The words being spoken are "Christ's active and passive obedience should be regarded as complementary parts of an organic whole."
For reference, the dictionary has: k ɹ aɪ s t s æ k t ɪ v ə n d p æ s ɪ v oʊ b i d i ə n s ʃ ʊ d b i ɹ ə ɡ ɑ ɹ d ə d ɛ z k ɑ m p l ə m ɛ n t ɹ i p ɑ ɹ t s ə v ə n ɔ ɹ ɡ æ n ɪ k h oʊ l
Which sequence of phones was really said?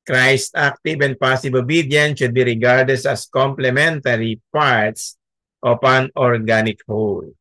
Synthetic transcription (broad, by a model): k ɹ aɪ s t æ k t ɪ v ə n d p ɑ s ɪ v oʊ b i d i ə n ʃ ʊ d b i ɹ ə ɡ ɑ ɹ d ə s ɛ s k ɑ m p l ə m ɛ n t ɹ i p ɑ ɹ t s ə p ə n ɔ ɹ ɡ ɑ n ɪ k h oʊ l